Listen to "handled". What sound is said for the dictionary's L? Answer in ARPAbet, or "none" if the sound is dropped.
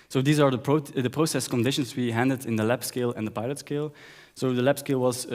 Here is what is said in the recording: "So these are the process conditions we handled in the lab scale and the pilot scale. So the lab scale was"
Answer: none